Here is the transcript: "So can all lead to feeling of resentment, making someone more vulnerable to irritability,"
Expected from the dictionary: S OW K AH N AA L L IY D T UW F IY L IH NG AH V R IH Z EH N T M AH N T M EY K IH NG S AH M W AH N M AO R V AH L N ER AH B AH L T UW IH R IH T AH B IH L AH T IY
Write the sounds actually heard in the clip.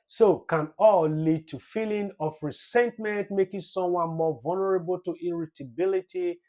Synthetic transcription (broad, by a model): S OW K AH N AA L L IY D T UW F IY L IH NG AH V R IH S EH N T M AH N T M EY K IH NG S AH M W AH N M AO V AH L N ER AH B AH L T UW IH R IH T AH B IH L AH T IY